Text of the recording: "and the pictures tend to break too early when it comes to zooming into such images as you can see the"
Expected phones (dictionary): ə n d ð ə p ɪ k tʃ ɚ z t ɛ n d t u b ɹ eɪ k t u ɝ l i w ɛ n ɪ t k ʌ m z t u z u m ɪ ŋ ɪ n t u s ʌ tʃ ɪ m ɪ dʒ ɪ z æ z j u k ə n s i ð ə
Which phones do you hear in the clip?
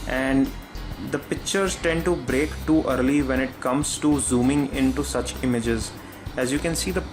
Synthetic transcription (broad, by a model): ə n d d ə p ɪ k tʃ ɚ z t ɛ n d t u b ɹ eɪ k t u ɝ l i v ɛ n ɪ t k ʌ m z t u z u m ɪ ŋ ɪ n t u s ʌ tʃ ɪ m ɪ dʒ ɪ z æ z j u k ə n s i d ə